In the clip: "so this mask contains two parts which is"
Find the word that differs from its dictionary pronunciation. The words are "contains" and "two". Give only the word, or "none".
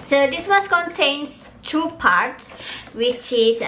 contains